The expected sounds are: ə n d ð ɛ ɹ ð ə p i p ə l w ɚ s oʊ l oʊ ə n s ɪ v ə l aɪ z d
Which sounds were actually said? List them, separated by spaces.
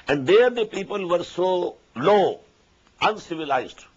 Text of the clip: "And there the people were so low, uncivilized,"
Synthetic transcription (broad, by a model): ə n d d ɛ ɹ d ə p i p ə l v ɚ s oʊ l oʊ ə n s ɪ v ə l aɪ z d